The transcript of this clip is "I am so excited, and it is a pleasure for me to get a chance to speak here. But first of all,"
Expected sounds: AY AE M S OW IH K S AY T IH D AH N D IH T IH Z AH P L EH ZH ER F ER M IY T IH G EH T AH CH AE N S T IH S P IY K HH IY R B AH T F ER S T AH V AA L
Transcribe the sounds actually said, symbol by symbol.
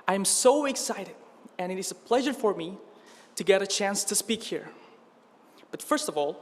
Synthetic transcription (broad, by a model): AY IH M S OW IH K S AY T IH D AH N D IH T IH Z AH P L EH ZH ER F ER M IY T IH G EH T AH CH AE N S T IH S P IY K HH IY R B AH T F ER S T AH V AA L